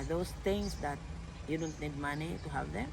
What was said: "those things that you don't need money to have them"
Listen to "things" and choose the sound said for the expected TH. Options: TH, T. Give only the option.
T